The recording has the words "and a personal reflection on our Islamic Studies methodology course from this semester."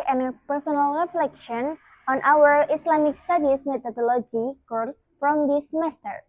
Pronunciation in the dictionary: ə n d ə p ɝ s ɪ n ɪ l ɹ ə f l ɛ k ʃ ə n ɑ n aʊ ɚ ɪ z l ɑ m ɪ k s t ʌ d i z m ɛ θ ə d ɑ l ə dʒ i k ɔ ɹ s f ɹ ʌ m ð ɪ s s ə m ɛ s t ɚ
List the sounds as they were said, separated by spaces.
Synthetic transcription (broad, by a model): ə n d p ɝ s ɪ n ɪ l ɹ ə f l ɛ k ʃ ə n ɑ n aʊ ɚ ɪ s l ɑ m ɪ k s t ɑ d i s m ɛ t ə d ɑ l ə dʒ i k ɔ ɹ s f ɹ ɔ m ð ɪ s s m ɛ s t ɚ